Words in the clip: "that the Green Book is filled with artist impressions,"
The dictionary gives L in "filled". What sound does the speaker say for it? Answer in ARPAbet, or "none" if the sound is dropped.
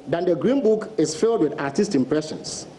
L